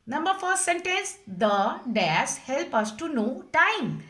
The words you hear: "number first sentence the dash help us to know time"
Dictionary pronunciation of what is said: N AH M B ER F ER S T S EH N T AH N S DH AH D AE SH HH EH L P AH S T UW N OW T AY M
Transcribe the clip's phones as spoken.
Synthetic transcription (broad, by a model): N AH M B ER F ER T S EH N T AH N S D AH D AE S HH EH L P AH S T UW N OW T AY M